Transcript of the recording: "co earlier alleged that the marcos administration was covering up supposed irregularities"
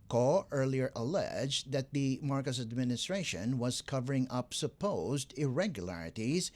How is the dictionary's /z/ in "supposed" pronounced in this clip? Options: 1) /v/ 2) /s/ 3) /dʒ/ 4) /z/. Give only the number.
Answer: 4